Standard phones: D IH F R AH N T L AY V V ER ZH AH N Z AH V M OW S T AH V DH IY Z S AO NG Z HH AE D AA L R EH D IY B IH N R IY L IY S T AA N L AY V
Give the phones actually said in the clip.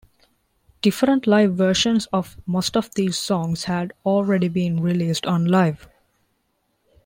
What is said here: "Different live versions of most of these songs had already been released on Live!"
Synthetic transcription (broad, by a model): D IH F R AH N T L AY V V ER SH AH N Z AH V M OW S T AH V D IY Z S AO NG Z HH AE D AA L R EH D IY B IH N R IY L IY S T AA N L AY V